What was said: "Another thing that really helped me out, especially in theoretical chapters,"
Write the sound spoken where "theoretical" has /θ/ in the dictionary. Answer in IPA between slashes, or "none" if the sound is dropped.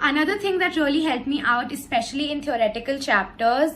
/t/